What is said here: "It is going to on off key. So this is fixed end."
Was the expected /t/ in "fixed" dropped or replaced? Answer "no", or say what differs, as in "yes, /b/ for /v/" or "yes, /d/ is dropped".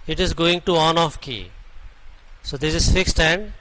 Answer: no